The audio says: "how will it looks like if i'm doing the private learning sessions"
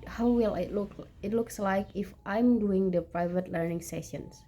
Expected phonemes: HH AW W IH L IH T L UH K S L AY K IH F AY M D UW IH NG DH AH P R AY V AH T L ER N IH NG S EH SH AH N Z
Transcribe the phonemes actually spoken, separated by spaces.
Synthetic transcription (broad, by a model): HH AW W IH L IH T L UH K S L AY K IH F AY M D UW IH NG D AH P R AY V AH T L ER N IH NG S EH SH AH N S